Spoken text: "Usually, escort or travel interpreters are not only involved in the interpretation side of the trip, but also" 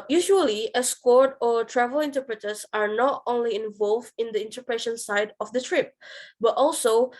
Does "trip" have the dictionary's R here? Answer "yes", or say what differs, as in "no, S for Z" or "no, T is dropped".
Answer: yes